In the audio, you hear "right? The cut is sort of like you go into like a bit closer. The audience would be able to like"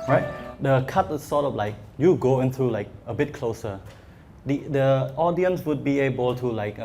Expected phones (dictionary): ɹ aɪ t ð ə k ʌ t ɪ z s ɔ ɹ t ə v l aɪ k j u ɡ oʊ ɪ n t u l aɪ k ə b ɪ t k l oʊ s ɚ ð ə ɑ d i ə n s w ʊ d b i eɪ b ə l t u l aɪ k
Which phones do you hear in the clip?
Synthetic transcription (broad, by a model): ɹ aɪ t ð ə k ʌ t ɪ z s ɔ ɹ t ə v l aɪ k j u ɡ oʊ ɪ n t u l aɪ k ə b ɪ t k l oʊ s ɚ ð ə ɑ d i ə n s w ʊ d b i eɪ b ə l t u l aɪ k